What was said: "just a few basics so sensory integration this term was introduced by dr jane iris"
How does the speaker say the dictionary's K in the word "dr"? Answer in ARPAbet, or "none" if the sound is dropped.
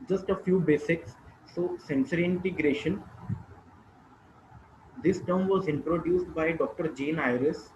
K